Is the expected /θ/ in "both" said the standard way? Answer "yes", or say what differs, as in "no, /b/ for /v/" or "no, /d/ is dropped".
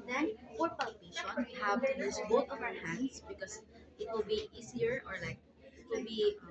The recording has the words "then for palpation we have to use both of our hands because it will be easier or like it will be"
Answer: no, /t/ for /θ/